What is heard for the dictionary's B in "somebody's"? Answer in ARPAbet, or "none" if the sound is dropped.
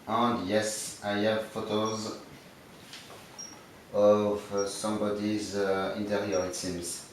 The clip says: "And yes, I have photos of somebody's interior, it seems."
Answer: B